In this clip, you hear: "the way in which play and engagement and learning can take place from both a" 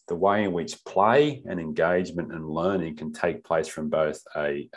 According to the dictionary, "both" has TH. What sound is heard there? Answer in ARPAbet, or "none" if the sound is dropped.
TH